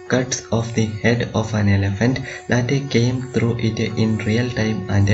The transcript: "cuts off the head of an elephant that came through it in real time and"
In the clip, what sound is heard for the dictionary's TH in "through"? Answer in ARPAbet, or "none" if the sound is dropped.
T